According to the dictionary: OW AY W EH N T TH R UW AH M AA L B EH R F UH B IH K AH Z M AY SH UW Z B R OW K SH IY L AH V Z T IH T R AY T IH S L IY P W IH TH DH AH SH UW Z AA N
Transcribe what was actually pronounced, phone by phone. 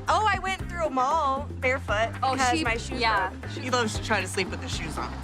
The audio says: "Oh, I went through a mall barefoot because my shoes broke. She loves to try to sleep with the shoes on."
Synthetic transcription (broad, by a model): OW AY W EH N TH R UW AH M AA L B EH R F UH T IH AH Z M AY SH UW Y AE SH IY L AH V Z T IH T R AY T IH S L IY P W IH DH AH SH UW Z N